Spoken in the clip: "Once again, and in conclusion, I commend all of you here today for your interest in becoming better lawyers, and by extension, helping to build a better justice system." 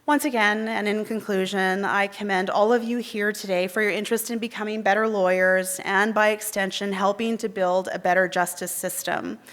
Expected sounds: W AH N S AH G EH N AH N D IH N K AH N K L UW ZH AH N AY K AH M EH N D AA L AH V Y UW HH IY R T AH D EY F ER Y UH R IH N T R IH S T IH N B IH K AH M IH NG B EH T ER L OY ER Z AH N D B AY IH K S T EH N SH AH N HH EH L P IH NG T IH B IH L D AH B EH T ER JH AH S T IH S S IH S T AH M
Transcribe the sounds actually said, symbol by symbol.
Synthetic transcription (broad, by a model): W AH N S AH G EH N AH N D IH N K AH N K L UW ZH AH N AY K AH M EH N D AA L AH V Y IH HH IY R T AH D EY F ER Y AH R IH N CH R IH S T IH N B IH K AH M IH NG B EH T ER L OY ER Z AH N B AY IH K S T EH N SH AH N HH EH L P IH NG T IH B IH L D AH B EH T ER JH AH S T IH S S IH S T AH M